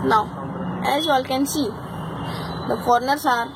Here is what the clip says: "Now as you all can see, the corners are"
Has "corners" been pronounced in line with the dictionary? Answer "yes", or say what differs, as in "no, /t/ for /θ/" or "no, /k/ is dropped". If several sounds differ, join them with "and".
no, /s/ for /z/